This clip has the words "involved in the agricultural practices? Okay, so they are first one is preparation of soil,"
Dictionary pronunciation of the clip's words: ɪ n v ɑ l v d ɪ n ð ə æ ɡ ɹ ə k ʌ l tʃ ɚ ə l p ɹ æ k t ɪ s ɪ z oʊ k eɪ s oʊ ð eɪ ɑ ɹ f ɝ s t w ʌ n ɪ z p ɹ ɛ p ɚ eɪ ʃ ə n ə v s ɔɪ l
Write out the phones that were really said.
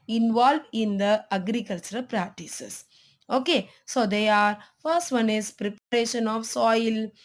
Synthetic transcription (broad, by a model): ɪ n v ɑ l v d ɪ n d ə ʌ ɡ ɹ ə k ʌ l tʃ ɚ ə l p ɹ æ k t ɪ s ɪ s oʊ k eɪ s oʊ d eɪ ɑ ɹ f ɝ s t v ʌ n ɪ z p ɹ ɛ p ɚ eɪ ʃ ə n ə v s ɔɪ l